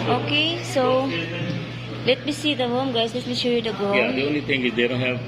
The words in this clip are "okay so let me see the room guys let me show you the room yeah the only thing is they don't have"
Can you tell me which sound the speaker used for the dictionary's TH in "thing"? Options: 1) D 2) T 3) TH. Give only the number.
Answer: 2